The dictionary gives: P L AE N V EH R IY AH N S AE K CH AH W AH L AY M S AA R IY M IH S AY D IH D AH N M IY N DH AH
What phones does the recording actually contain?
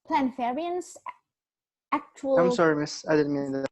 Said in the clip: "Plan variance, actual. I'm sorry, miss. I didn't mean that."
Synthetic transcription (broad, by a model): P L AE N F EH R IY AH N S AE K CH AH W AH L AY M S AA R IY M IH S AY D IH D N M IY N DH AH